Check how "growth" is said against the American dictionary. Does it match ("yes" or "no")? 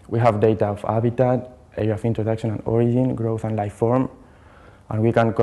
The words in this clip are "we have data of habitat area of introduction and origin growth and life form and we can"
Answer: yes